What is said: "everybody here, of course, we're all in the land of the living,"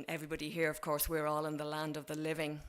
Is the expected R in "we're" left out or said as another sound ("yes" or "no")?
no